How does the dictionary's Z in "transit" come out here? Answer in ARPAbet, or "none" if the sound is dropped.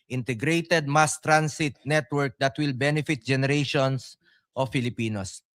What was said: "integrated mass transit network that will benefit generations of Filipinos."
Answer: S